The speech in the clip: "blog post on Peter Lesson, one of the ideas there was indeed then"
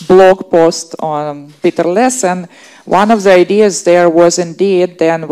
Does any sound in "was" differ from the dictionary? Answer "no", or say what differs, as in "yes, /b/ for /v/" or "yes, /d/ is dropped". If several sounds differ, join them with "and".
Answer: no